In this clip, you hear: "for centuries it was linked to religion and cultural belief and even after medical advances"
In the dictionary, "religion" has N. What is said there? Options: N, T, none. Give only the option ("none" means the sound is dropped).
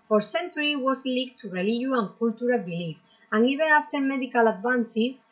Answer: none